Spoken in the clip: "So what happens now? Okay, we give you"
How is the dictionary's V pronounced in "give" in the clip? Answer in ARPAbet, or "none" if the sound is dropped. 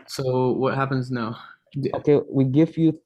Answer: F